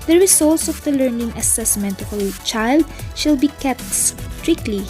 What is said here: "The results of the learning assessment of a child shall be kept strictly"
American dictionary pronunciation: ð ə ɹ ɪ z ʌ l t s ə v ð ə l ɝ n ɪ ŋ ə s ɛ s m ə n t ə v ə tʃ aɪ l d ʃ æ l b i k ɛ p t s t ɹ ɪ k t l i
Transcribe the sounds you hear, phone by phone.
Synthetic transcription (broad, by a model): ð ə ɹ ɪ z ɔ l t s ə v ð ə l ɝ n ɪ ŋ ə s ɛ s m ə n t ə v ə tʃ aɪ l d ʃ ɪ l b i k ɛ p t s t ɹ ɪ k l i